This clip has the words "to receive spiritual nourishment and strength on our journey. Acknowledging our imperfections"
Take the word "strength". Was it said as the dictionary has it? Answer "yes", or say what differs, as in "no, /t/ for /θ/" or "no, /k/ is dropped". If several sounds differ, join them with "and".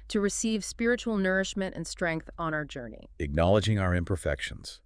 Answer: yes